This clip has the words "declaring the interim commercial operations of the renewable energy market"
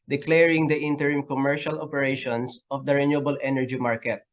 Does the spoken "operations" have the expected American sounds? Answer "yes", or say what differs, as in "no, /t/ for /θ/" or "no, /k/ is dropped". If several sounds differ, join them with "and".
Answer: no, /s/ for /z/